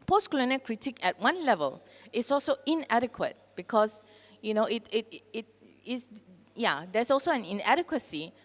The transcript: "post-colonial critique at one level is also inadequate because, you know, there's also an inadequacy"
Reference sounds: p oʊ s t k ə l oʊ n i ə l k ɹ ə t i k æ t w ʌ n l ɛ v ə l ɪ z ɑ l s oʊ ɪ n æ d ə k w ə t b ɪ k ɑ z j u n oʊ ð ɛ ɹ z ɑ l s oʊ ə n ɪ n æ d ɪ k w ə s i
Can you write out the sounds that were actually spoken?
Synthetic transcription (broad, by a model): p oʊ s k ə l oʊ n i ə k ɹ ə t i k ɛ t w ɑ n l ɛ v ə l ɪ s ɑ l s oʊ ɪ n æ d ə k w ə t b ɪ k ɑ s j u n oʊ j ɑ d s ɑ l s oʊ ə n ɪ n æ d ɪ k w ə s i